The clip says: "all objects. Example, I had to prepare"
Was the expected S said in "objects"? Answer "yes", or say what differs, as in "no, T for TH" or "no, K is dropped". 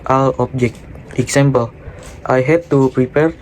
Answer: no, S is dropped